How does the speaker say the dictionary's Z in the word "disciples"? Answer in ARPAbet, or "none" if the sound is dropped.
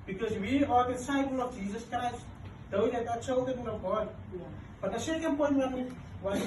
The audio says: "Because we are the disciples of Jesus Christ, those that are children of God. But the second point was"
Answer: none